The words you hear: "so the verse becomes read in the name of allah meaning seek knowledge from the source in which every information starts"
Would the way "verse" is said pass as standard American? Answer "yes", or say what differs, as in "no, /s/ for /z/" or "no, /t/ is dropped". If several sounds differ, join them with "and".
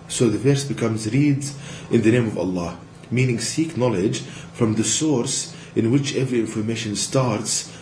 yes